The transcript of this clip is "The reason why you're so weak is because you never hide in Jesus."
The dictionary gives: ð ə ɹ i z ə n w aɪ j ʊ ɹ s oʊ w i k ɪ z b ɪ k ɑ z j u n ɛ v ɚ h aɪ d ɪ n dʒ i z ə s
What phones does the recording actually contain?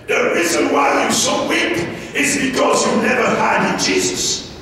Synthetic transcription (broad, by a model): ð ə ɹ i z ə n w aɪ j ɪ s oʊ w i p ɪ z b ɪ k ɑ z j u n ɛ v ɚ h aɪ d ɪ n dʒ i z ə s